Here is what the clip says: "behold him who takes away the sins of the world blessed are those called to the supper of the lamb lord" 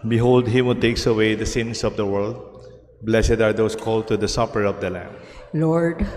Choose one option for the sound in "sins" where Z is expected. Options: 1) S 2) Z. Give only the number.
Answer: 1